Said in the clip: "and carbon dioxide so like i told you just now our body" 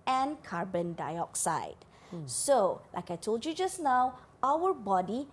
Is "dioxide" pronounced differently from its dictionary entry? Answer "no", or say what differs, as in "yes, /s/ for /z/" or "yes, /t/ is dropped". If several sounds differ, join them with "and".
no